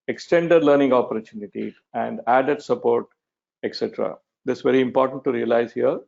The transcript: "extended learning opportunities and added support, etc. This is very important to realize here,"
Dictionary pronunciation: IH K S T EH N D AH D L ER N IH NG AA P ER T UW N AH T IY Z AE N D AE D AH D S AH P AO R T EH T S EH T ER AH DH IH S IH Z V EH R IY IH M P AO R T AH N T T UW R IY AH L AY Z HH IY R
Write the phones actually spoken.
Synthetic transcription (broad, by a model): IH K S T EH N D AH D L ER N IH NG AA P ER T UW N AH T IY AE N D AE D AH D S AH P AO R T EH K S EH T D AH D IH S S V EH R IY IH M P AO R T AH N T T UW R IY AH L AY Z HH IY R